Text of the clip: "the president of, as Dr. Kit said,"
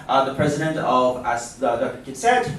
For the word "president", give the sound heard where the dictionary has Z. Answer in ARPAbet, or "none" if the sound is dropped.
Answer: Z